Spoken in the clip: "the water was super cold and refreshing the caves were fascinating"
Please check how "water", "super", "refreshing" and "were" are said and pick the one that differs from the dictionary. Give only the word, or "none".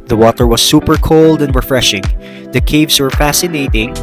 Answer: none